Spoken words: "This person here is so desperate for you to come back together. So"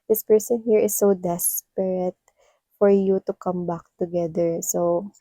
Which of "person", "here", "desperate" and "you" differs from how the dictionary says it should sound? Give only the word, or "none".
none